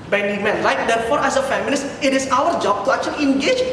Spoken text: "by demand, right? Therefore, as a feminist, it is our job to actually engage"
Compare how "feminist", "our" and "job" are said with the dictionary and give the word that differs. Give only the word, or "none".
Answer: feminist